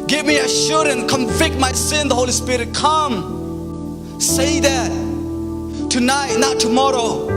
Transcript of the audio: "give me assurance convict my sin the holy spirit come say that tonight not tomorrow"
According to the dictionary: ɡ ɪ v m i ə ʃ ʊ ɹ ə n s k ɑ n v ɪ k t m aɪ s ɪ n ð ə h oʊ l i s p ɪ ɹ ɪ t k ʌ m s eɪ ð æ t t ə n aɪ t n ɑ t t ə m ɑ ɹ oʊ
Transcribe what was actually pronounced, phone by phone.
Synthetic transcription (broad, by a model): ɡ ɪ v m i ə ʃ ʊ ɹ ə n s k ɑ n v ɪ k t m aɪ s ɪ n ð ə h oʊ l i s p ɪ ɹ ɪ t k ʌ m s eɪ ð æ t t ə n aɪ t n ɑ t t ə m ɑ ɹ oʊ